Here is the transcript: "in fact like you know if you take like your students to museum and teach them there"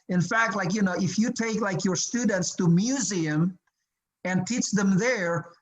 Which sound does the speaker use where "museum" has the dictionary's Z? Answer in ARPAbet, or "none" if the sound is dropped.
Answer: Z